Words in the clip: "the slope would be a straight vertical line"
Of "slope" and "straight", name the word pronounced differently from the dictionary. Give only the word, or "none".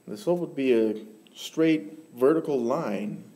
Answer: slope